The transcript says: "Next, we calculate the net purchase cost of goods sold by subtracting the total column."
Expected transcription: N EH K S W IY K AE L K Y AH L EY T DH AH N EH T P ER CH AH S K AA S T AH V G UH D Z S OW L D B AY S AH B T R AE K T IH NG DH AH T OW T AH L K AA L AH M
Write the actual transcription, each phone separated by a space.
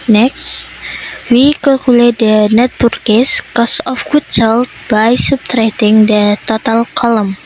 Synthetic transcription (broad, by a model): N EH K S W IY K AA L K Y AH L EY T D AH N EH T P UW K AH S K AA S AH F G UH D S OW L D B AY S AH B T R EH T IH NG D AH T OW T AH L K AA L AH M